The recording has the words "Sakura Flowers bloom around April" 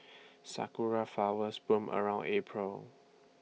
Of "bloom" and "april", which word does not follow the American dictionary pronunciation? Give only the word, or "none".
bloom